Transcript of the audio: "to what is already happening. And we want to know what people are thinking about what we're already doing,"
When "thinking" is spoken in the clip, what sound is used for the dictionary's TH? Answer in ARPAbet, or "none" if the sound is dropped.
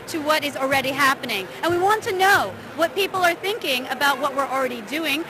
TH